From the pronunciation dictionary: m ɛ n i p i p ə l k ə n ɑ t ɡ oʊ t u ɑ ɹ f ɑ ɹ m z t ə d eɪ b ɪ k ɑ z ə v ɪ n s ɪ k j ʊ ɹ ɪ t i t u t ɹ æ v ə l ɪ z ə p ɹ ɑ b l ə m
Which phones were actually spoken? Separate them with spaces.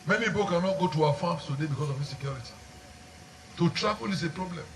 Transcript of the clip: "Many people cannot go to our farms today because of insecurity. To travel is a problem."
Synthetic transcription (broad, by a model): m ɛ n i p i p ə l k ə n ɑ t ɡ oʊ t u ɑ f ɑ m s t ə d eɪ b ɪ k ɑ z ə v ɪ s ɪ k j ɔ ɹ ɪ t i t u t ɹ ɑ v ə l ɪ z ə p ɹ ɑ b l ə m